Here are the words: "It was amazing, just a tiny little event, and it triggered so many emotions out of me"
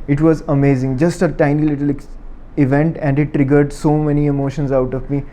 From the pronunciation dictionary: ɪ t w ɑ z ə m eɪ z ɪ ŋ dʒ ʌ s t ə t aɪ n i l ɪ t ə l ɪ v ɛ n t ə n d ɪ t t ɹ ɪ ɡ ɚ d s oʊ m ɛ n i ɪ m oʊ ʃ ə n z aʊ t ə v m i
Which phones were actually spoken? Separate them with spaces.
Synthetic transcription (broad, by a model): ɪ t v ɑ z ə m eɪ z ɪ ŋ dʒ ʌ s t ə t aɪ n i l ɪ t ə l ɪ v ɛ n t ə n d ɪ t t ɹ ɪ ɡ ɚ d s oʊ m ɛ n i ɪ m oʊ ʃ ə n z aʊ t ə v m i